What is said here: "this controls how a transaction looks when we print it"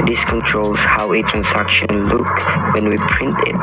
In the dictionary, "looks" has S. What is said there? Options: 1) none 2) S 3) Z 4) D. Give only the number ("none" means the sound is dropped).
1